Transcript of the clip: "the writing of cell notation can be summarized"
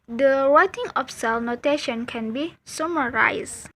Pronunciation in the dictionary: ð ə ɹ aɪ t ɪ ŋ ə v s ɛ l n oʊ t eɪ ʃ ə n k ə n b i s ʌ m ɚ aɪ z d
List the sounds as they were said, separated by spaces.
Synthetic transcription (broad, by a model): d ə w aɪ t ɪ ŋ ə f s ɛ l n oʊ t eɪ ʃ ə n k ə n b i s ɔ m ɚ aɪ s